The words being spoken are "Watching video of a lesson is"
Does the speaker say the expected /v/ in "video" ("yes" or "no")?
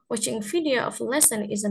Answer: no